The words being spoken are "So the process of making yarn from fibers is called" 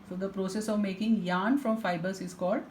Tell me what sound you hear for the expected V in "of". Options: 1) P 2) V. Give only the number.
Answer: 2